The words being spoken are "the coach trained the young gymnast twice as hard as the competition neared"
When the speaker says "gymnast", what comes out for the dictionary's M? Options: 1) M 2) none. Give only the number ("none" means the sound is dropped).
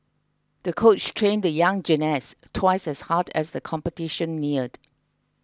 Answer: 2